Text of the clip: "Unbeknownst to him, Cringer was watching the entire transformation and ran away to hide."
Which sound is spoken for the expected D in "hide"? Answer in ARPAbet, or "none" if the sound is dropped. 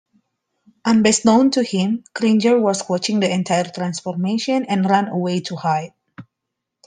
none